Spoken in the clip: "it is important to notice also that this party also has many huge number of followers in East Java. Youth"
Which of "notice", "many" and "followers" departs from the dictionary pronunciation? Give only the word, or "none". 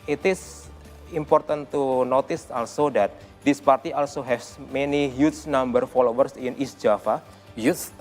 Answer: followers